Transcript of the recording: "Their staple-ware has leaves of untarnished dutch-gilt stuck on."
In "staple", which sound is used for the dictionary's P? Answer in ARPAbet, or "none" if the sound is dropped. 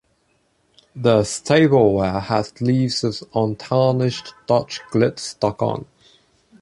B